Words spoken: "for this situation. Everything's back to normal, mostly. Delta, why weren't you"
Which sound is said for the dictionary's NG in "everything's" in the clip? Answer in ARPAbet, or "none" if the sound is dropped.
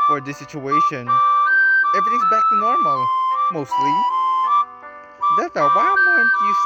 none